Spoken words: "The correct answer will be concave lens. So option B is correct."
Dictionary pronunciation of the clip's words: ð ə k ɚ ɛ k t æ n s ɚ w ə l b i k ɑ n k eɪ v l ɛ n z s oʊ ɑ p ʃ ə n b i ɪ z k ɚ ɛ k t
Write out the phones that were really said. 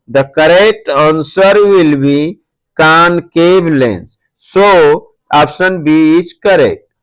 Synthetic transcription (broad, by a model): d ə k ɚ ɛ k t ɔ n s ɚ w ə l b i k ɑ n k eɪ b l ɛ n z s oʊ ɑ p s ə n b i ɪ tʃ k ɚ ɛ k t